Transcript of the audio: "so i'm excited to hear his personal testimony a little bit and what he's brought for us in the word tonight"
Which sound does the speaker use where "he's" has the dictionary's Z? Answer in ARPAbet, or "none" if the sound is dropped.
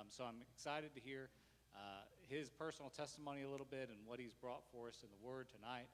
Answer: Z